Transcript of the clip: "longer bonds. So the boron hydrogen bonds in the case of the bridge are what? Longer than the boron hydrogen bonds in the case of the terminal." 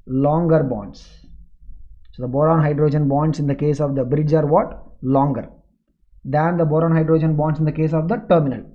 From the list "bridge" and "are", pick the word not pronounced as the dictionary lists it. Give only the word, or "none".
none